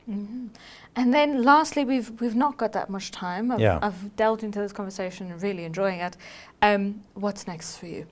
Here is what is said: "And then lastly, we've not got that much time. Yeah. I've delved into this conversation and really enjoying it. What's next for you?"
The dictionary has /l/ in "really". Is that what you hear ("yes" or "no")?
yes